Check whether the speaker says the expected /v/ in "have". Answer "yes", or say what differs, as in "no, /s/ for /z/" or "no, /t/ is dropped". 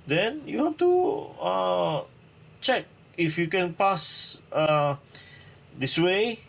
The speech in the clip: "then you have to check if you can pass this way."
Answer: no, /f/ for /v/